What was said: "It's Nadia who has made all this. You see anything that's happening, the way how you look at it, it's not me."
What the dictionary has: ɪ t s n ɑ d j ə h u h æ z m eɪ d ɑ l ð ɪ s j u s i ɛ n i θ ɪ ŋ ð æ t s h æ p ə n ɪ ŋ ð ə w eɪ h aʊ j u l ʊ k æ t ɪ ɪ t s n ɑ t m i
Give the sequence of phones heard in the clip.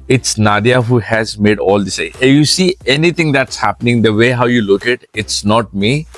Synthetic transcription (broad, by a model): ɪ t s n ɑ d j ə h u h æ z m eɪ d ɑ l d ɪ s j u s i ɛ n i t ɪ ŋ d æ t s h æ p ə n ɪ ŋ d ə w eɪ h aʊ j u l ʊ k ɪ t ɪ ɪ t s n ɑ t m i